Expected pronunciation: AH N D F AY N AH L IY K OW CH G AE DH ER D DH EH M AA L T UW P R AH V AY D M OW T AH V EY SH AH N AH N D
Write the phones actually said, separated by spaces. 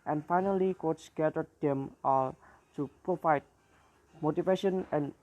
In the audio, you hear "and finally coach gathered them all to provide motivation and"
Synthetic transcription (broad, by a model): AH N F AY N AH L IY K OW S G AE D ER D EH M AA L T UW P R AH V AY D M OW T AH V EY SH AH N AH N